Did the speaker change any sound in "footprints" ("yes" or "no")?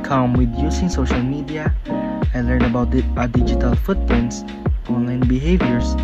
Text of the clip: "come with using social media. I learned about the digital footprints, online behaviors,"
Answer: yes